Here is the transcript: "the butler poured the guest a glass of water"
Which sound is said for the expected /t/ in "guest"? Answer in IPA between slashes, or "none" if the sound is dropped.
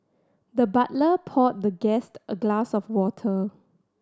/t/